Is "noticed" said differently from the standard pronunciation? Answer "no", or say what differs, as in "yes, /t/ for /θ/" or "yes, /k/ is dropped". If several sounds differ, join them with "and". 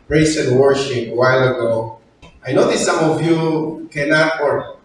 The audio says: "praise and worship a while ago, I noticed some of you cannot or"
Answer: yes, /s/ is dropped